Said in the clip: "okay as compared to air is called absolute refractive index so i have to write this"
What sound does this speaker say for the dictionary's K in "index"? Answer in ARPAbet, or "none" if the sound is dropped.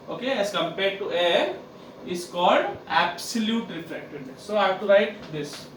none